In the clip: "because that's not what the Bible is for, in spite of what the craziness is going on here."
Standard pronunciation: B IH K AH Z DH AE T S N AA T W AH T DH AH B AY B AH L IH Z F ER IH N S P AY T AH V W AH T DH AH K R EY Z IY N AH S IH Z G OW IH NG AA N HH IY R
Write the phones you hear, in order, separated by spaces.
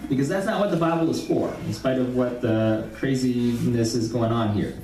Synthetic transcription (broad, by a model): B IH K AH Z DH AE T S N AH T W AH T DH AH B AY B L IH Z F ER IH N S P AY T AH V W AH T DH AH K R EY Z IY N AH S IH Z G OW IH NG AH N HH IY R